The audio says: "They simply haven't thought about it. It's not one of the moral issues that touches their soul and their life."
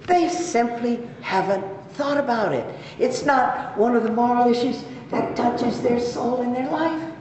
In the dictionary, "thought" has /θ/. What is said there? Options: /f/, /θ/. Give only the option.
/θ/